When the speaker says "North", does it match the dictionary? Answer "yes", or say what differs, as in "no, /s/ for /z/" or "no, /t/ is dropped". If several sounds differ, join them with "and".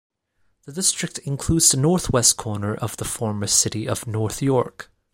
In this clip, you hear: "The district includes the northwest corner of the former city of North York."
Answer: yes